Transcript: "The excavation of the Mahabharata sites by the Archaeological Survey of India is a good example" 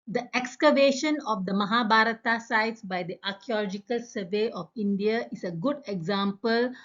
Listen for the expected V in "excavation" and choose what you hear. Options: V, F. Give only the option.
V